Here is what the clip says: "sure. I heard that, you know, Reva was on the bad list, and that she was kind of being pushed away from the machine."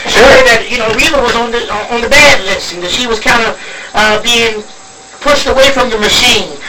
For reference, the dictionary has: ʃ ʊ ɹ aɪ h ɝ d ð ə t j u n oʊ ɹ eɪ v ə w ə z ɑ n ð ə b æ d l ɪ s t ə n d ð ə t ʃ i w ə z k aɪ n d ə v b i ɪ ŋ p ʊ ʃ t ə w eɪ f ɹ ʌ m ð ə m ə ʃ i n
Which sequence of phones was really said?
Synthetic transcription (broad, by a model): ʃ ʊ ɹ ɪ ð ə t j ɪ n oʊ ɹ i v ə w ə z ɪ n ð ə b æ d l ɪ s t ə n ð ə t ʃ i w ə z k aɪ n d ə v b i ɪ ŋ p ʊ ʃ t ə w eɪ f ɹ ʌ m ð ə m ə ʃ i n